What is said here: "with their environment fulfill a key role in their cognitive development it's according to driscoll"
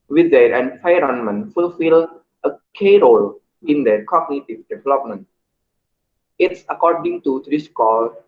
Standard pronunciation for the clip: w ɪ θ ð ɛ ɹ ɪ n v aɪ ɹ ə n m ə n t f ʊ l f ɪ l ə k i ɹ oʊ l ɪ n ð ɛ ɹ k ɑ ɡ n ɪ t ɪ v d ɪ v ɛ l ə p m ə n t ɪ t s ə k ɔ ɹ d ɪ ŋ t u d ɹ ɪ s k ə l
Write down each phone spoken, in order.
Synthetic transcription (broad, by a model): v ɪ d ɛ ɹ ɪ n f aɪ ɹ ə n m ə n f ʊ l f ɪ l ə k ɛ ɹ oʊ l ɪ n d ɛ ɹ k ɑ ɡ n ɪ t ɪ v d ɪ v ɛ l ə p m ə n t ɪ t s ə k ɔ ɹ d ɪ ŋ t u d ɹ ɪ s k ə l